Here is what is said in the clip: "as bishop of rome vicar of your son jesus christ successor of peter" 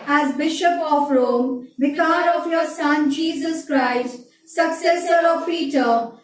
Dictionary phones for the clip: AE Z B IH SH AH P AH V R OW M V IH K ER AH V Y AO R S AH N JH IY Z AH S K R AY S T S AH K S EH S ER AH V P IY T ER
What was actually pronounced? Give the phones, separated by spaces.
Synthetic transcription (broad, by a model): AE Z B IH SH AH P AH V R OW M B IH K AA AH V Y AO R S AH N JH IY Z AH S K R AY S T S AH K S EH S ER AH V P IY T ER